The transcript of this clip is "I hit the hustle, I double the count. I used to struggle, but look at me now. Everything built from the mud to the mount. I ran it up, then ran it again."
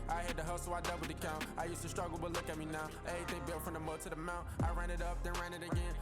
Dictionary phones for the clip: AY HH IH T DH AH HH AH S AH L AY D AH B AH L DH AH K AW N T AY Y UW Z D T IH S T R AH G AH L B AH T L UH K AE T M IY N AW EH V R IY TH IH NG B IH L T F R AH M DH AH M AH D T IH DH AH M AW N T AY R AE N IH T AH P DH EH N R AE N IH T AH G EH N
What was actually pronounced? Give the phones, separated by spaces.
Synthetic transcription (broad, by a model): AY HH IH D DH AH HH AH AH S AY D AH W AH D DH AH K AW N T AY Y UW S T IH S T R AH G L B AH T L UH K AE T M IY N AW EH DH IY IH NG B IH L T F R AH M DH AH M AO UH T IH DH AH M AW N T AY R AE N IH T AH P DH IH N R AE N IH T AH G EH N